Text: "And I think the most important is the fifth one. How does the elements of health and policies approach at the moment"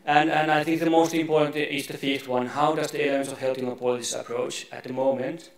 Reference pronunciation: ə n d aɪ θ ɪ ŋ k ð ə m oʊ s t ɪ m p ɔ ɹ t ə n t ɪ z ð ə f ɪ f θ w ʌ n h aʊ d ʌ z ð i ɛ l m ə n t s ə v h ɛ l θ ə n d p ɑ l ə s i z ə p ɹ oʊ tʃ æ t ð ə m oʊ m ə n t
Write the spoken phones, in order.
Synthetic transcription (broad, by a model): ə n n aɪ θ ɪ ŋ k ð ə m oʊ s t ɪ m p ɔ ɹ t n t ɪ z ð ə f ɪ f t w ʌ n h aʊ d ʌ z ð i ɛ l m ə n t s ə v h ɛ l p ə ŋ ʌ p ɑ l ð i s ə p ɹ oʊ tʃ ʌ t ð ə m oʊ m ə n t